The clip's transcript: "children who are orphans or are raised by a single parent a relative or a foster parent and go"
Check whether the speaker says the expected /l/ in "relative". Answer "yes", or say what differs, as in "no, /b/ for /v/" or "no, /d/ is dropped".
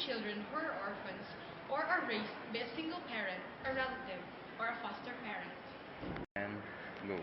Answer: no, /l/ is dropped